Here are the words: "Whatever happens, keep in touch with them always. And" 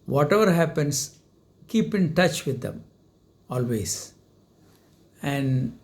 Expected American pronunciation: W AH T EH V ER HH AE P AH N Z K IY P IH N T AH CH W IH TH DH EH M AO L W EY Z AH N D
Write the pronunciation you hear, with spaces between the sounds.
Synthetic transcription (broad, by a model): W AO T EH V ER HH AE P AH N S K IY P IH N T AH CH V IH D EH M AO L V EY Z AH N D